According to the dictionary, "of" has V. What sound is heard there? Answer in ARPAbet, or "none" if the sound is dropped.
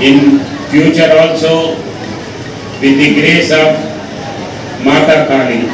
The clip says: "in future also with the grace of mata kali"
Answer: B